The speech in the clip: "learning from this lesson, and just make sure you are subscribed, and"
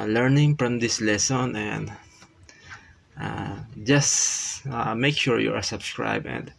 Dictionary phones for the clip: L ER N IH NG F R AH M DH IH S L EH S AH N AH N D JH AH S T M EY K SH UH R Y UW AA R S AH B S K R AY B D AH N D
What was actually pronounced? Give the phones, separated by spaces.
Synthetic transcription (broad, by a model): L ER N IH NG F R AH M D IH S L EH S AH N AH N D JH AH S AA M EY K SH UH R Y UW AA R S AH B S K R AY B AH N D